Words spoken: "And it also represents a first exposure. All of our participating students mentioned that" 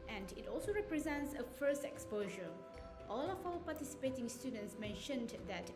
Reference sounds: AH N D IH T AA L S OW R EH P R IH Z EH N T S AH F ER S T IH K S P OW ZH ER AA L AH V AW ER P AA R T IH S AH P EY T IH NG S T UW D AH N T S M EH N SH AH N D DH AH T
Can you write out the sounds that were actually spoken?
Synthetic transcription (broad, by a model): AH N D IH T AA L S OW R EH P R IH Z EH N T S AH F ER S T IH K S P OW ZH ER AA L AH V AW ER P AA T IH S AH P EY T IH NG S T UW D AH N T S M EH N SH AH N D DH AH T